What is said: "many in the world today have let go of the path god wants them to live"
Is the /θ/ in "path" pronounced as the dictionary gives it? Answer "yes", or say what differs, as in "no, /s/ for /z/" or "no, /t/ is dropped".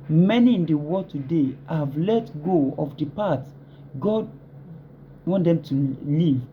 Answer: no, /t/ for /θ/